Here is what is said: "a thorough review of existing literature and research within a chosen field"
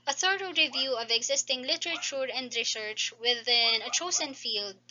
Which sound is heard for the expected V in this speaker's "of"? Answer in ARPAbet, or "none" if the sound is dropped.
V